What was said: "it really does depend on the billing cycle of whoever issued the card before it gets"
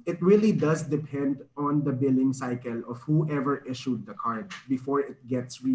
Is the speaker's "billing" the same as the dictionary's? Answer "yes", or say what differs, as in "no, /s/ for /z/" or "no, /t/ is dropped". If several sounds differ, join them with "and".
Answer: yes